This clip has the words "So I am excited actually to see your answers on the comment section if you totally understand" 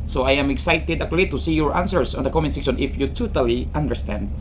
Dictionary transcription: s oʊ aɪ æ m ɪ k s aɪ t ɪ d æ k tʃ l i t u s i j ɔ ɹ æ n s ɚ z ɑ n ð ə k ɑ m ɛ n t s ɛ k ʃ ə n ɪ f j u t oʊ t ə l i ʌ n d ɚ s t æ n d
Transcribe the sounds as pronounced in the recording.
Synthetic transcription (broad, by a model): s oʊ aɪ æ m ɪ k s aɪ t ɪ d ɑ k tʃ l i t u s i j ɔ ɹ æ n s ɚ s ɑ n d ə k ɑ m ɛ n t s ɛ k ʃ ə n ɪ f j u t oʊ t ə l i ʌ n d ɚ s t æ n d